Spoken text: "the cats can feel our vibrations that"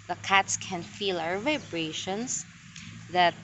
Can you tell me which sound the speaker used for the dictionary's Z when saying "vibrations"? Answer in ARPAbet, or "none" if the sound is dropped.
S